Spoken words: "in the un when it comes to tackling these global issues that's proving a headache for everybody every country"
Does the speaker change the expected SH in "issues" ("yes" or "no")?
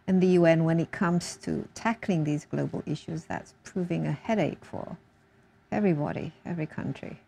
no